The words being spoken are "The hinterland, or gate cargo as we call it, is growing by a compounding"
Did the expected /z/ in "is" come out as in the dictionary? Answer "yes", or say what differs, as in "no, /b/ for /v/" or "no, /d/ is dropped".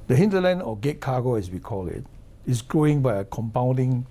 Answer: no, /s/ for /z/